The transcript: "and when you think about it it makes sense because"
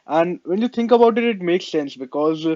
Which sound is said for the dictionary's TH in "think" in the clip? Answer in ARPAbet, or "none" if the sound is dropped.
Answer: T